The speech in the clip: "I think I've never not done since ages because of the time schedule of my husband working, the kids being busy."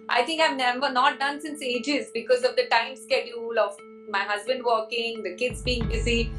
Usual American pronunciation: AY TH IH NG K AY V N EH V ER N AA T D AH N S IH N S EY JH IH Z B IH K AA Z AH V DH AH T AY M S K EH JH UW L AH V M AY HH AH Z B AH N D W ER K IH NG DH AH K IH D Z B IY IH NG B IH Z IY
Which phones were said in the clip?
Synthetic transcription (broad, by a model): AY T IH NG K AY V N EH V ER N AA T D AH N S IH N S EY JH IH Z B IH K AA Z AH V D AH T AY M S K EH JH UW L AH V M AY HH AH Z B AH N D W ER K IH NG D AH K IH D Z B IY IH NG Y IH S IY